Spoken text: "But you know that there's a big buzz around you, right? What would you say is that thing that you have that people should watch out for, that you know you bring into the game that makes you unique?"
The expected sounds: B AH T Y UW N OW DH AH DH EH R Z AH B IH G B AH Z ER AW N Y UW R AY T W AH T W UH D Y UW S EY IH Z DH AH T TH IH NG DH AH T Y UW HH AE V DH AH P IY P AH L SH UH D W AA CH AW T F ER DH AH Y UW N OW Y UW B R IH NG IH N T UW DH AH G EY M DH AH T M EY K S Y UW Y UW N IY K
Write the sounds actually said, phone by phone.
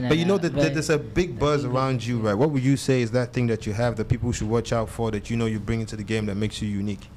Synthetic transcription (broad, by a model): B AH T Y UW N OW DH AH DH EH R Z AH B IH G B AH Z ER AW N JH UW R AY T W AH T W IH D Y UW S EY IH Z DH AH T TH IH NG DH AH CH Y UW HH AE V DH AH P IY P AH L SH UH D W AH CH AW T F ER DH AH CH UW N OW Y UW B R IH NG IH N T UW DH AH G EY M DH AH T M EY K S Y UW Y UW N IY K